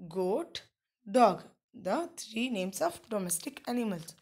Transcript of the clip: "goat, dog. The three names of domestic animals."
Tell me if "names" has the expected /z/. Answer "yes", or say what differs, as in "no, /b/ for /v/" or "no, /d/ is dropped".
no, /s/ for /z/